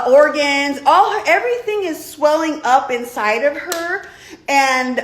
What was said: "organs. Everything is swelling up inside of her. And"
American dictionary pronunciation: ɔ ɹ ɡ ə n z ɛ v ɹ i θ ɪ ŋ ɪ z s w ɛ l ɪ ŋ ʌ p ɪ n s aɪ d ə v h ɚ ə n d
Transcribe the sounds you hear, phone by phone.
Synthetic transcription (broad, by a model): ɔ ɹ ɡ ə n z ɛ v ɹ i θ ɪ ŋ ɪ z s w ɛ l ɪ ŋ ʌ p ɪ n s aɪ d ə v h ɚ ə n